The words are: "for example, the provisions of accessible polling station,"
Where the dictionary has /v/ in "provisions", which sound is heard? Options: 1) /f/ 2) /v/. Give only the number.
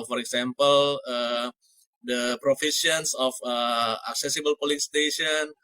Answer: 1